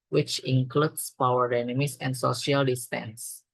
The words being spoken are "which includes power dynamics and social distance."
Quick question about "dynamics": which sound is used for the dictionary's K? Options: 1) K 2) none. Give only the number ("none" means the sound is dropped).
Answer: 2